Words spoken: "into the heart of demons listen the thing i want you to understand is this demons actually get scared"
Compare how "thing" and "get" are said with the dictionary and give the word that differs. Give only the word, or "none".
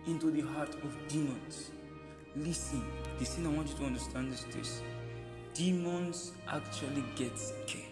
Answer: thing